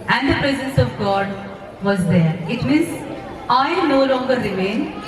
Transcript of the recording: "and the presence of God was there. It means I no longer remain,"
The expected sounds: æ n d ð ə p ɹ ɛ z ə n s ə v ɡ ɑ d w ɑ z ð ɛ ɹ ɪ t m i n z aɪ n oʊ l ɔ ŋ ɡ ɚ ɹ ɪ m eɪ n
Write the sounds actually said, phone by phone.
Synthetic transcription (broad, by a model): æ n d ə p ɹ ɛ z ə n s ə v ɡ ɑ d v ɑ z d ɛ ɹ ɪ t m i z aɪ n oʊ l ɔ ŋ ɡ ɚ ɹ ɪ m eɪ n